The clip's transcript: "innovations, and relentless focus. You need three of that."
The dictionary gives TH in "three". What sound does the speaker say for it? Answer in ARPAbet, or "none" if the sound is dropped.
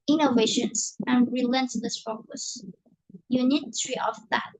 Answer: T